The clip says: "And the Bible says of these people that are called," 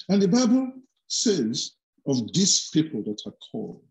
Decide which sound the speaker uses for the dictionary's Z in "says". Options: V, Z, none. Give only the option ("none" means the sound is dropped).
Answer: Z